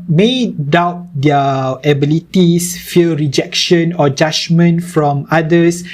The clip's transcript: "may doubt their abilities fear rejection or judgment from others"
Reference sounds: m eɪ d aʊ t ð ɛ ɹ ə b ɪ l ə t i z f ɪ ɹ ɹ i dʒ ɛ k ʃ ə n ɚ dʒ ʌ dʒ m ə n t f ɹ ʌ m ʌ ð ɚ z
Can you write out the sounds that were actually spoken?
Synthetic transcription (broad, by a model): m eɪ d aʊ t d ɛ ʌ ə b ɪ l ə t i s f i l ɹ i dʒ ɛ k ʃ ə n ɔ dʒ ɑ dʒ m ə n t f ɹ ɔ m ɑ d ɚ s